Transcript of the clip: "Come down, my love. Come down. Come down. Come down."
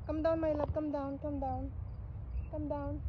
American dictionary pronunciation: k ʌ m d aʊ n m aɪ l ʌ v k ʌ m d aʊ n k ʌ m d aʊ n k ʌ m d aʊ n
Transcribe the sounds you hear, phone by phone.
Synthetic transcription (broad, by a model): k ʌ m d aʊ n m aɪ l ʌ p k ʌ m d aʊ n k ʌ m d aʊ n k ʌ m d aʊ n